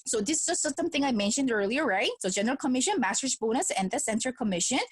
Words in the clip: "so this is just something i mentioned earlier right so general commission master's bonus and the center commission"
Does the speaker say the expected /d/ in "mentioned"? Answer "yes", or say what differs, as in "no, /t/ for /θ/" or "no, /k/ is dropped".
yes